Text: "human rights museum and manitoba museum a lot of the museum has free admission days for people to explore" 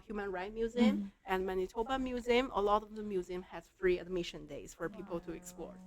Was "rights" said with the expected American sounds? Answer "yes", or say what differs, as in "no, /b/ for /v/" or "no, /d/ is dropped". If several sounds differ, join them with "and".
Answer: no, /s/ is dropped